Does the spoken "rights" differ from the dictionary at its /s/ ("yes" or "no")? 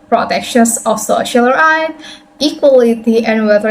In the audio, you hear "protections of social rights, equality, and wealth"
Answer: yes